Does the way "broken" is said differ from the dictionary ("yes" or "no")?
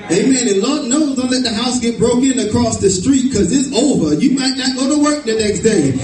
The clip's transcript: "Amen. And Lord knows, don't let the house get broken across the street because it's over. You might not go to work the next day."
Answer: no